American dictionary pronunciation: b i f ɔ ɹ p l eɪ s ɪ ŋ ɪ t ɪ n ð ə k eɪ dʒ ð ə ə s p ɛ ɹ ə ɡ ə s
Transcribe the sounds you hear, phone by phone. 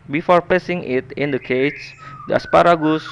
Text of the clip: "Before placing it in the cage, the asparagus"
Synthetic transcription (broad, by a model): b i f ɔ ɹ p eɪ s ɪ ŋ ɪ t ɪ n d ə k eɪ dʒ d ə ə s p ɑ ɹ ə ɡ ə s